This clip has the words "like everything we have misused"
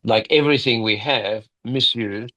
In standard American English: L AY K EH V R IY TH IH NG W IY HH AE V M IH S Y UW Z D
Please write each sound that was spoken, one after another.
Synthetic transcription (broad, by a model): L AY K EH V R IY TH IH NG W IY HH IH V M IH S Y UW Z